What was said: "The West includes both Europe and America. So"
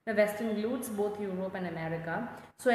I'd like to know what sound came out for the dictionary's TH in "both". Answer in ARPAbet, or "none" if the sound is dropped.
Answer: T